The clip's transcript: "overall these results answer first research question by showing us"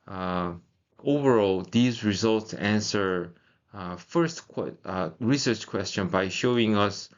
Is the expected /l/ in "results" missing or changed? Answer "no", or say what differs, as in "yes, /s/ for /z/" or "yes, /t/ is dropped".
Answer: no